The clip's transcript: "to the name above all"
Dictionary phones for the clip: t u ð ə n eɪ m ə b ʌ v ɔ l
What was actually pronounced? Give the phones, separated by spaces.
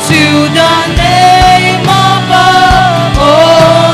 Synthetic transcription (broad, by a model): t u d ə n eɪ m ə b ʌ ɔ